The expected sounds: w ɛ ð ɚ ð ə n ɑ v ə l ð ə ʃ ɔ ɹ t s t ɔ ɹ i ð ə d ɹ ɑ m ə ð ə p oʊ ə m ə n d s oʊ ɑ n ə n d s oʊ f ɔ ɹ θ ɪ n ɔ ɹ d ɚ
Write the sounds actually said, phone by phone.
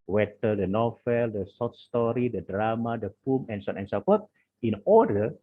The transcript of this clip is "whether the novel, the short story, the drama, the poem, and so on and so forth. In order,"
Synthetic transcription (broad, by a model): w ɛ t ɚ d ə n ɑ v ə l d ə s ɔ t s t ɔ ɹ i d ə d ɹ ɑ m ə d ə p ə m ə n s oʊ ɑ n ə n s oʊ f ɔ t ɪ n ɔ d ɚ